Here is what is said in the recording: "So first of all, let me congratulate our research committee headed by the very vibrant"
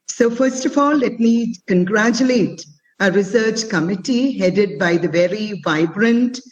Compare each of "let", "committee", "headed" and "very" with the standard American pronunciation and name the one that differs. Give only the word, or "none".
none